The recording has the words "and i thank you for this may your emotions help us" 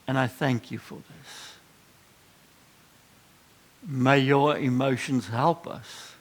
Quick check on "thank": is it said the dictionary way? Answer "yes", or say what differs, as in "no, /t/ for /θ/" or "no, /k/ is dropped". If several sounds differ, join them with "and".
yes